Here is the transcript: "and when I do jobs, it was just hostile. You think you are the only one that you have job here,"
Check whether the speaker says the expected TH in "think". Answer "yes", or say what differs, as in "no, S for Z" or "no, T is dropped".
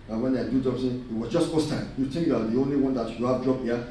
no, T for TH